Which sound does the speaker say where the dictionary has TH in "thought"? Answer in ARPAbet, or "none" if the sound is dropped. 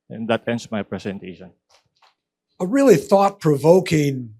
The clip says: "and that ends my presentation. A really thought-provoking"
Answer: TH